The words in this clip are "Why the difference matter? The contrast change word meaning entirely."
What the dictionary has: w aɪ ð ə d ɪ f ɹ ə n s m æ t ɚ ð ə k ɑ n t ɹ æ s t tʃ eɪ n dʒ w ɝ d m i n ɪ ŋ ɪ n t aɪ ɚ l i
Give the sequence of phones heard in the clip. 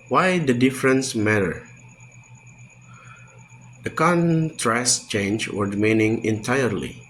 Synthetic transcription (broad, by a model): w aɪ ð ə d ɪ f ɹ ə n s m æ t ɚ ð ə k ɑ n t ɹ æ s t tʃ eɪ n dʒ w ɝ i m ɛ n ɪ ŋ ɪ n t aɪ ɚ l i